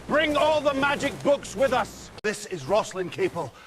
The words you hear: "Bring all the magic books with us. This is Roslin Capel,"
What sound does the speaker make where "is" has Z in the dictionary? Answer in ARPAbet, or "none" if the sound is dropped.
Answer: Z